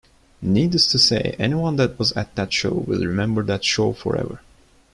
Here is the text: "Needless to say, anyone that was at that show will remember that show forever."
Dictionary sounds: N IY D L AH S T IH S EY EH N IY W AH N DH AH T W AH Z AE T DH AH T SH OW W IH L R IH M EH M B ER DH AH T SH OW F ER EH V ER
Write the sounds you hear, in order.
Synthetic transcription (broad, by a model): N IY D AH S T IH S EY EH N IY W AH N DH AH T W AH Z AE T DH AH T SH OW W IH L R IH M EH M B ER DH AH T SH OW F ER EH V ER